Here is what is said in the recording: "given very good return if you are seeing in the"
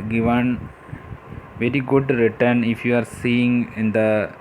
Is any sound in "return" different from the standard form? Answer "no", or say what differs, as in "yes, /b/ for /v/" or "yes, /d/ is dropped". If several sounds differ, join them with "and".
no